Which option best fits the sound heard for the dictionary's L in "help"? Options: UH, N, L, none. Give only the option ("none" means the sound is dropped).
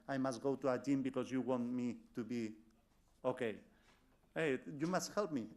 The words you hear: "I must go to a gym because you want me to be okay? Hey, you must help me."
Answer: L